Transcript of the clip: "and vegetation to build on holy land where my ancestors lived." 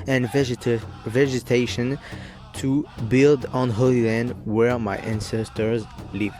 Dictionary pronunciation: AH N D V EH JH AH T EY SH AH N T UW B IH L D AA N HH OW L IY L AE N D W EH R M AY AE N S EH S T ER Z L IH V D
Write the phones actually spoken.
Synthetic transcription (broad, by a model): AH N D V EH JH AH T EY SH AH N T UW B IH L D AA N HH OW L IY L AE N D W EH R M AY AE N S EH S T ER Z L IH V